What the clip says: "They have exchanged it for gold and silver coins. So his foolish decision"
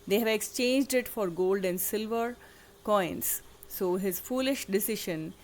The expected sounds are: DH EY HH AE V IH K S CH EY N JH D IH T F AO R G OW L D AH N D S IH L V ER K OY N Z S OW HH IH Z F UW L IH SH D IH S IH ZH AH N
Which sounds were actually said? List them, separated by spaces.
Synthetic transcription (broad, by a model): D EY HH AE V IH K S CH EY N JH D IH T F AO R G OW L D AH N D S IH L V ER K OY N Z S OW HH IH Z F UW L IH SH D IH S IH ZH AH N